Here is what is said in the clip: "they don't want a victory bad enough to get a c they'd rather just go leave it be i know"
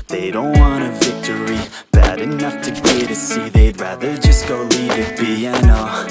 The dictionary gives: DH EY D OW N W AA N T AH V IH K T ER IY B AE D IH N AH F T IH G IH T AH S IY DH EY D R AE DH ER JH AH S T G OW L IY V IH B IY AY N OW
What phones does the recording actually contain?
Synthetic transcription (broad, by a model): DH EY D OW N W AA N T AH V IH K T ER IY B AE D IH N AH F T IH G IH T AH S IY DH EY D R AE DH ER JH AH S G OW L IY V IH B IY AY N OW